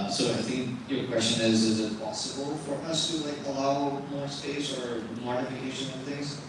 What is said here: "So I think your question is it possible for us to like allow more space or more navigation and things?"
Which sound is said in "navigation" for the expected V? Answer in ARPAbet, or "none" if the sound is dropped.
F